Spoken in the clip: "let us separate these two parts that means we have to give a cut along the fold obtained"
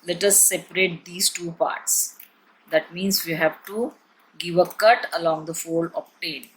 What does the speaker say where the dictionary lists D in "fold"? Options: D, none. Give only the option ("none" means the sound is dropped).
none